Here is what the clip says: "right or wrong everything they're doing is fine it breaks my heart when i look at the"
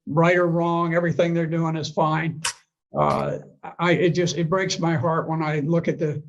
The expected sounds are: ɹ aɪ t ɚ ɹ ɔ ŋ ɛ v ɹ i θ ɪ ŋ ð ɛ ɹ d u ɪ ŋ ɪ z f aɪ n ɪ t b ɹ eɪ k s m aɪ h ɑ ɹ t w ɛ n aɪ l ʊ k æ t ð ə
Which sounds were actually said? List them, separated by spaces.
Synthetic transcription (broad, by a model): ɹ aɪ t ɚ ɹ ɔ ŋ ɛ v ɹ i θ ɪ ŋ ð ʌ ɹ d u ɪ ŋ ɪ z f aɪ n ɪ t b ɹ eɪ k s m aɪ h ɑ ɹ t w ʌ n aɪ l ʊ k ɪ t ð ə